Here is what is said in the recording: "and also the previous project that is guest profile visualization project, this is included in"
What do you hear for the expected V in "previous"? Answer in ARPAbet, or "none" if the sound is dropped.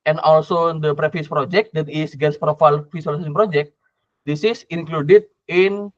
F